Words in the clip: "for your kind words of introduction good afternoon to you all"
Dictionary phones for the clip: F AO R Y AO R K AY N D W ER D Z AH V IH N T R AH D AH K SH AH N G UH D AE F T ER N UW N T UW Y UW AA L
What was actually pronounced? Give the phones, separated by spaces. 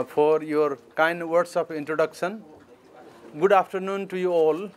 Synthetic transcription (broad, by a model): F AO R Y AO R K AY N D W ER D S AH P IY N T R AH D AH K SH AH N G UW D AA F T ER N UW N T UW Y UW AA L